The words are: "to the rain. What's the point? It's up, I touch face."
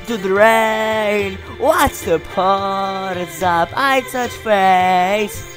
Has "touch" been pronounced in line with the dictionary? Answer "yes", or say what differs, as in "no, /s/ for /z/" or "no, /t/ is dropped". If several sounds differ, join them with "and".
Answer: no, /s/ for /t/